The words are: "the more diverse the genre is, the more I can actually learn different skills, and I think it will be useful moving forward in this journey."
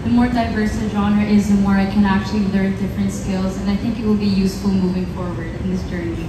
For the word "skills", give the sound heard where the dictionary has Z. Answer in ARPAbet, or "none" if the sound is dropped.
Z